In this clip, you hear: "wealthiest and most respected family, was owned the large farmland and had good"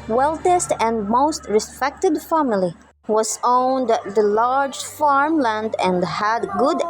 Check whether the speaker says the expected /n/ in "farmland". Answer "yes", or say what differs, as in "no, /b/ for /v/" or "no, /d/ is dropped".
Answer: yes